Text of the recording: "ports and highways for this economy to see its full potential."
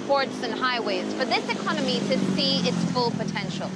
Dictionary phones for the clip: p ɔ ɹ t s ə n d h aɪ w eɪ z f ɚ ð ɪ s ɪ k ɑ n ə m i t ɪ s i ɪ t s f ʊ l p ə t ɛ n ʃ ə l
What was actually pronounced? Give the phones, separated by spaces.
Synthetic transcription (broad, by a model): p ɔ ɹ t s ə n h aɪ w eɪ z f ɚ ð ɪ s ɪ k ɑ n ə m i t ɪ s i ɪ t s f ʊ l p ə t ɛ n ʃ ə l